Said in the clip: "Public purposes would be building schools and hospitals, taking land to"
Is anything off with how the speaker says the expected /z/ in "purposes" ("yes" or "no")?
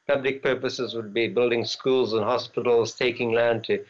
no